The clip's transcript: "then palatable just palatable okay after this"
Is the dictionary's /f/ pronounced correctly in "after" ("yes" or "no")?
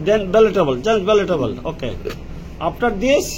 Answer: no